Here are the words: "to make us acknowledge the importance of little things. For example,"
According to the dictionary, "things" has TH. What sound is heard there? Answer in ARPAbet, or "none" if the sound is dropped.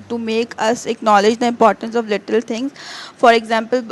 T